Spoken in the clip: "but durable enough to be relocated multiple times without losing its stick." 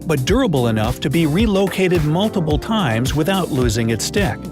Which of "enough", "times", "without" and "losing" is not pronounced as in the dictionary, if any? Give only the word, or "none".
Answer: none